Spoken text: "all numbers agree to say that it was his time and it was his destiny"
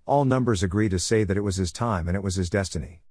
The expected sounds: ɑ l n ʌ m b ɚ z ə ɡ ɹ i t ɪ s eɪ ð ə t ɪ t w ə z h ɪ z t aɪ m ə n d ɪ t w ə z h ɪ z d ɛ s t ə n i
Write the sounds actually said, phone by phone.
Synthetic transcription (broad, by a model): ɑ l n ʌ m b ɚ z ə ɡ ɹ i t ɪ s eɪ ð ə t ɪ t w ə z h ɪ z t aɪ m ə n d ɪ t w ə z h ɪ z d ɛ s t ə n i